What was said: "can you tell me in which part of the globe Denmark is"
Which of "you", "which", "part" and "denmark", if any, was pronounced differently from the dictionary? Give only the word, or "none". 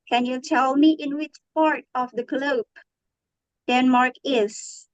none